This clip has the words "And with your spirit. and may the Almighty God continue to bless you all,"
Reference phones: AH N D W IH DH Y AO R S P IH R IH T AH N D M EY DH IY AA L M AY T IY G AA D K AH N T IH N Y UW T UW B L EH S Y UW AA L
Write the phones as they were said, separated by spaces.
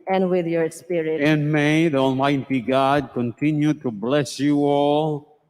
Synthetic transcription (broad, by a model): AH N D W IH DH Y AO R S P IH R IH AH N M EY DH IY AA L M AY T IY G AA D K AH N T IH N Y UW T UW B L EH S Y UW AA L